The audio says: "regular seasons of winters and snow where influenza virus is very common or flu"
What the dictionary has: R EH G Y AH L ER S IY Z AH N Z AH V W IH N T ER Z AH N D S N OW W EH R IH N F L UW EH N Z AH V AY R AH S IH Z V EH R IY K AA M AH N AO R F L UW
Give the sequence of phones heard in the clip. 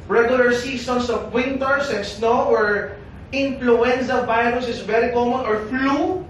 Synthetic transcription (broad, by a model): R EH G Y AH L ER S IY S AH N S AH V W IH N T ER S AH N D S N OW W EH R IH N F L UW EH N S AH V AY R AH S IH S V EH R IY K AA M AH N AO R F L UW